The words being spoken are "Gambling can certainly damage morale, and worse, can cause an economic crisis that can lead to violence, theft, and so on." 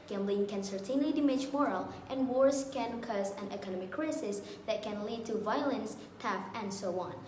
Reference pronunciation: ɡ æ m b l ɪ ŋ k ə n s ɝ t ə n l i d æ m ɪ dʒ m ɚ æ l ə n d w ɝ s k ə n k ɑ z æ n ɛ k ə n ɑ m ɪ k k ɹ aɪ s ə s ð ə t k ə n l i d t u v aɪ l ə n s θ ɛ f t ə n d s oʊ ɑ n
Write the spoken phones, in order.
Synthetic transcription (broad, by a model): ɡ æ m b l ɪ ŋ k ə n s ɝ t ə n l i d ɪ m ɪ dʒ m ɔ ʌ l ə n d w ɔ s k ə n k ɑ z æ n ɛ k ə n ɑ m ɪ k k ɹ aɪ s ə s ð ə t k ə n l i d t u v aɪ l ə n s t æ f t ə n d s oʊ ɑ n